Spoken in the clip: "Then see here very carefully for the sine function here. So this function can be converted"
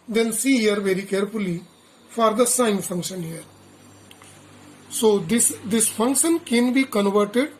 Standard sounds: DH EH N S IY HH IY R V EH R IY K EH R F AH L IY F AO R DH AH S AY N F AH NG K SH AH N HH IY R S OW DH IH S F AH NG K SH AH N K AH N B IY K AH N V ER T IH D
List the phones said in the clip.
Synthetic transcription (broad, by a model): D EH N S IY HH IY R V EH R IY K EH R F AH L IY F AO R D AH S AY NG F AH NG K SH AH N HH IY R S OW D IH S F AH NG K SH AH N K AH N B IY K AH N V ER T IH D